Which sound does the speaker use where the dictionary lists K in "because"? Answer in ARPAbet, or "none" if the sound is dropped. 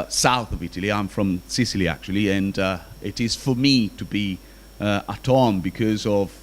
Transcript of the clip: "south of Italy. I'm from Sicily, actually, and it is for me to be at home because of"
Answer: K